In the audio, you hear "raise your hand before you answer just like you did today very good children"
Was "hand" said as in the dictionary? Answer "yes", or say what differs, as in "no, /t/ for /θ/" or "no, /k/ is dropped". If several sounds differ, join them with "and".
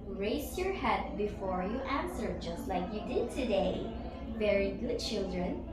no, /n/ is dropped